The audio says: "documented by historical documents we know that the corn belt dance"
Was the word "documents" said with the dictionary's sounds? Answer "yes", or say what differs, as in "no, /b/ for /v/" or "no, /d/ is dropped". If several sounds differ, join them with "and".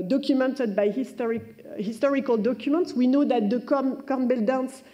yes